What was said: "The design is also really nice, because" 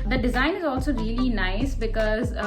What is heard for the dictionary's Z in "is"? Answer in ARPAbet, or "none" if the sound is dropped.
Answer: Z